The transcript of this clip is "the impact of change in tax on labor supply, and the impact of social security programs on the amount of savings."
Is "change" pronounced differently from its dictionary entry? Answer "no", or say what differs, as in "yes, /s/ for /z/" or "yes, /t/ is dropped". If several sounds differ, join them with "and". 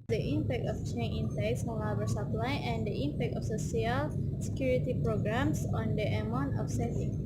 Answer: yes, /dʒ/ is dropped